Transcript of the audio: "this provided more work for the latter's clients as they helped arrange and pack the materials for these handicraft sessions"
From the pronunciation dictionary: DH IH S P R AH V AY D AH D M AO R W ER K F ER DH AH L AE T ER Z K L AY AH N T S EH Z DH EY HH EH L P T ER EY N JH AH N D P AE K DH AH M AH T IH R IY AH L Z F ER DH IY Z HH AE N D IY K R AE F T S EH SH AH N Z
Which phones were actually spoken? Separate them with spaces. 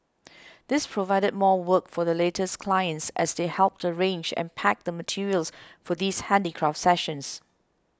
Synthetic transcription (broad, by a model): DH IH S P R AH V AY D AH D M AO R W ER K F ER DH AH L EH T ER S K L AY AH N T S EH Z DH EY HH EH L P T ER EY N JH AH N P AE K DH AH M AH T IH R IY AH L S F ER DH IY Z HH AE N D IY K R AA F T S EH SH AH N S